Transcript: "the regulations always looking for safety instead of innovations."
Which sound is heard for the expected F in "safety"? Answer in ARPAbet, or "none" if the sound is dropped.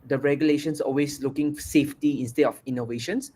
F